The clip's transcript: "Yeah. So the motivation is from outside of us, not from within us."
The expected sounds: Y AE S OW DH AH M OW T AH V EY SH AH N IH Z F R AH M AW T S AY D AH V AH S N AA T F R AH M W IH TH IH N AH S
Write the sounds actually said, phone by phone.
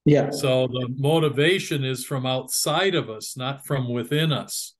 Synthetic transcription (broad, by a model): Y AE S OW DH AH M OW T AH V EY SH AH N IH Z F R AH M AW T S AY D AH V AH S N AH T F R AH M W IH TH IH N AH S